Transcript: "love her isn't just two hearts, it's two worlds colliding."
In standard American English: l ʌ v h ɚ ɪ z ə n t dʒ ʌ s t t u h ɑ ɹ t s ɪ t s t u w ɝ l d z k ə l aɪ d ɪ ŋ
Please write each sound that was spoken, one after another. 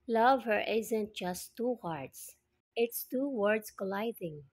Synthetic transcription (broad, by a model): l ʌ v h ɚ ɪ z ə n t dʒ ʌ s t t u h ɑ ɹ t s ɪ t s t u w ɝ d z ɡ l aɪ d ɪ ŋ